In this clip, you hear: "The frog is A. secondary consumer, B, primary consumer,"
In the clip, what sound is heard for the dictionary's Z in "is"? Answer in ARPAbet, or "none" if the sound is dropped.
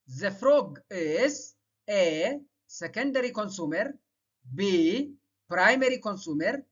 S